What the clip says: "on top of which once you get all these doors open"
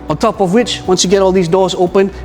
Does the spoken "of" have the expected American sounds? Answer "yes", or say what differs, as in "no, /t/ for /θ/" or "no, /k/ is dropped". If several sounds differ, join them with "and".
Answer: yes